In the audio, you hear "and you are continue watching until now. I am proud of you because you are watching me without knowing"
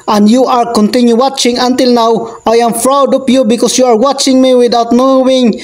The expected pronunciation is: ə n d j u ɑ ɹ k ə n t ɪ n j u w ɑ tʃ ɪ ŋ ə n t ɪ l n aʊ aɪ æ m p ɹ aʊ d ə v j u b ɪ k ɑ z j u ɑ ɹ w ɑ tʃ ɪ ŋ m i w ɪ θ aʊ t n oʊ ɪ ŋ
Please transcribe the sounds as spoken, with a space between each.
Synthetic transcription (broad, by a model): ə n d j u ɑ ɹ k ə n t ɪ n j u w ɑ tʃ ɪ ŋ ə n t ɪ l n aʊ aɪ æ m f ɹ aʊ d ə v j u b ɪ k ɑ s j u ɑ ɹ w ɑ tʃ ɪ ŋ m i w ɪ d aʊ t n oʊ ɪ ŋ